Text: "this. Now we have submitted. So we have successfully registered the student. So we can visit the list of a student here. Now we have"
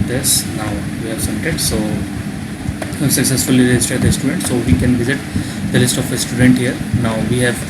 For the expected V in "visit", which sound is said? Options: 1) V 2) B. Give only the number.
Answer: 1